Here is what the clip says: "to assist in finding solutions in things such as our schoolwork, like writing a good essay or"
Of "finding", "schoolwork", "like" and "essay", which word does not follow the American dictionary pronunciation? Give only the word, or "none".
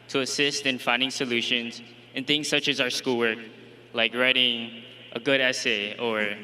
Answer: none